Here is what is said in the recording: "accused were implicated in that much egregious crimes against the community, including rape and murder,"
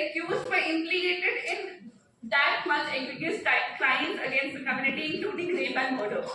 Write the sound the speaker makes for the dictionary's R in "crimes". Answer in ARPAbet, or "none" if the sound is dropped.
L